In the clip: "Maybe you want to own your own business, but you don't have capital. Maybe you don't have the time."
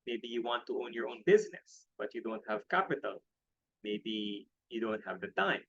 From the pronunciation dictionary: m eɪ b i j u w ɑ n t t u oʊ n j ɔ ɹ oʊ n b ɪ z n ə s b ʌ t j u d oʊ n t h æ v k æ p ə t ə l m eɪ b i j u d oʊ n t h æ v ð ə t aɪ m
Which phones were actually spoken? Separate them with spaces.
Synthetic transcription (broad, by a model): m eɪ b i j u w ɑ n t t u oʊ n j ɔ ɹ oʊ n b ɪ z n ə s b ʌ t j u d oʊ n t h æ v k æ p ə t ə l m eɪ b i j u d oʊ n t h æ v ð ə t aɪ m